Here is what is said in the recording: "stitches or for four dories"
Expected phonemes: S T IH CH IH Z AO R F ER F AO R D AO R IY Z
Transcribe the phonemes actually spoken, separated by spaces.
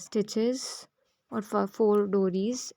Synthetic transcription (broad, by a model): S T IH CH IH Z AO R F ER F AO L D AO R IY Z